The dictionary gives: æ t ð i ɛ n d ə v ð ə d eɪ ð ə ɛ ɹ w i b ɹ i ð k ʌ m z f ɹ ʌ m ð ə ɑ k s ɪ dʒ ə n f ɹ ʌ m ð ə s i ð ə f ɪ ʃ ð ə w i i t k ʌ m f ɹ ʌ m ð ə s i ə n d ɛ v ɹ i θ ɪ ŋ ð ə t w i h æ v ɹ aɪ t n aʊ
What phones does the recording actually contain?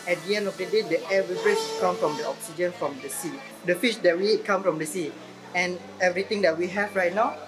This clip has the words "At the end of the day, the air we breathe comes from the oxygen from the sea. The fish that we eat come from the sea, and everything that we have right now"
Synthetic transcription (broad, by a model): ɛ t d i ɛ n d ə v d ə d eɪ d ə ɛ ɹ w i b ɹ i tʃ k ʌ m f ɹ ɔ m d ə ɑ k s ɪ dʒ ə n f ɹ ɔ m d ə s i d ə f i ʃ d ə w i i t k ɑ m f ɹ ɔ m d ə s i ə n ɛ v ɹ i t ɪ ŋ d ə t w i h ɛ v ɹ aɪ t n aʊ